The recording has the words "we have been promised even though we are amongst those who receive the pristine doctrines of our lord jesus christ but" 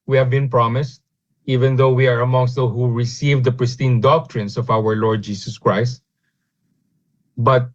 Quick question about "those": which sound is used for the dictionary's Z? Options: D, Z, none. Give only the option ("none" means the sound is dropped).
none